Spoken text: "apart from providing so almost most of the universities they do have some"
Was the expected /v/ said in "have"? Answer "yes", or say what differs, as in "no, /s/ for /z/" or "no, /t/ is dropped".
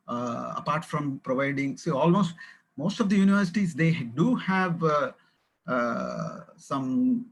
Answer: yes